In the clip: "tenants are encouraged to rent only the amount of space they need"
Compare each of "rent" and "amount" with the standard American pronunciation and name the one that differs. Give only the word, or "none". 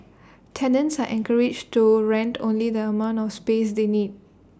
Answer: none